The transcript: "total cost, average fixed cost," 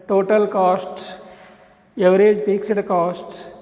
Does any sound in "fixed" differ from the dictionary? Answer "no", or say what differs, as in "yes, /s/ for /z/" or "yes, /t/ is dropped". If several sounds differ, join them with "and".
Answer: yes, /p/ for /f/